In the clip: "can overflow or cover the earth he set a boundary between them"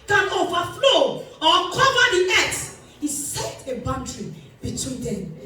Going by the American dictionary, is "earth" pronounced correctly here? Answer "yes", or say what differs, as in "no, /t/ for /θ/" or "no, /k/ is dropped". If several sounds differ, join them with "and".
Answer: no, /s/ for /θ/